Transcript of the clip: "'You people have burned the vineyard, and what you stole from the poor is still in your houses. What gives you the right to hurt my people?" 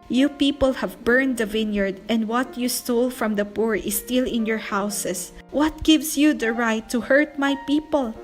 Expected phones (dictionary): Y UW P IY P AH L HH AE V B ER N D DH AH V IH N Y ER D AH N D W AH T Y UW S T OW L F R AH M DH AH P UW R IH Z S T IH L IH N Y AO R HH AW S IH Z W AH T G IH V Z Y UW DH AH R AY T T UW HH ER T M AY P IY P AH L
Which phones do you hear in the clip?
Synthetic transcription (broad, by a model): Y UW P IY P AH L HH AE V B ER N D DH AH V IH N Y ER D AH N D W AH T Y UW S T OW L F R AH M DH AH P UW R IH S T IH L IH N Y AO R HH AW S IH S W AH T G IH V S Y UW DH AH R AY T T UW HH ER T M AY P IY P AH L